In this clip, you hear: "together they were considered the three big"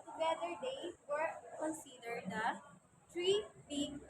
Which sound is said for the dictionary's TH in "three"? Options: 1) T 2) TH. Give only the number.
1